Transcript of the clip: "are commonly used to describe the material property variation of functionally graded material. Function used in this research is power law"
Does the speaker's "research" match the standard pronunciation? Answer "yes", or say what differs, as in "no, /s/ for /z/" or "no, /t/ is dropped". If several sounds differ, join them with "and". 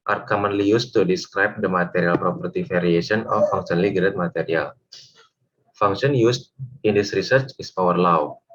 yes